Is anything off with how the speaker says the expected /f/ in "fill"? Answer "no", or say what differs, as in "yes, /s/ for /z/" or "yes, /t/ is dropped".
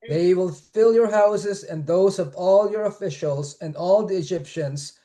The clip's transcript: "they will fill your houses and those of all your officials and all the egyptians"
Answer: no